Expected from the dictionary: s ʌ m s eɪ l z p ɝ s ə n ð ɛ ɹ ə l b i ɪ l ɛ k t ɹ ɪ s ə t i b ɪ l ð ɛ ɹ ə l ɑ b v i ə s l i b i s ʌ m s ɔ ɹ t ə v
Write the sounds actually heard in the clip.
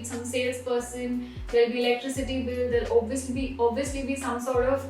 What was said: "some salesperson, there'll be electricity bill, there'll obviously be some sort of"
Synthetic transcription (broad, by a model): s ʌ m s eɪ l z p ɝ s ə n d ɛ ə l b i ɪ l ɛ k t ɹ ɪ s ə t i b ɪ l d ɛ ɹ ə l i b b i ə s l i b i s ʌ m s ɔ ɹ t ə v